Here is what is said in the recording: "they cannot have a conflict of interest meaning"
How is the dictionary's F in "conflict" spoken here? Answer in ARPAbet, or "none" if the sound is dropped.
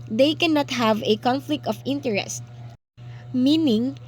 F